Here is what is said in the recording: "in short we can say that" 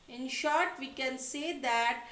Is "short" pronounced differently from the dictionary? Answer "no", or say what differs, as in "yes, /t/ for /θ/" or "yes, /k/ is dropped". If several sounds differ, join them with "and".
no